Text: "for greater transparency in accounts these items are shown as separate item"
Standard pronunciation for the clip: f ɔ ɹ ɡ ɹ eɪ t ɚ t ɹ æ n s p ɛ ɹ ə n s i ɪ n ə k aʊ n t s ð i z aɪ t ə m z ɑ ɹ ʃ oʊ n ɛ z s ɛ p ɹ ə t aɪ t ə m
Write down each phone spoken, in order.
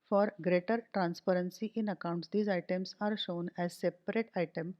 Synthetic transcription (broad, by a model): f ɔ ɹ ɡ ɹ eɪ t ɚ t ɹ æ n s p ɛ ɹ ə n s i ɪ n ə k aʊ n t s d i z aɪ t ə m s ɑ ɹ ʃ oʊ n ɛ z s ɛ p ɹ ə t aɪ t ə m